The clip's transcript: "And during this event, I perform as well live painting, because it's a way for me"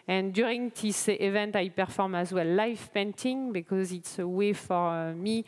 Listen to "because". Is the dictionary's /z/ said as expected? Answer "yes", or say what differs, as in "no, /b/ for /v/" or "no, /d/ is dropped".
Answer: yes